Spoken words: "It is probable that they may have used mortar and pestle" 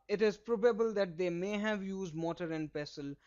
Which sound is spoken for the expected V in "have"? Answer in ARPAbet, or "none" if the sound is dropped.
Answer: V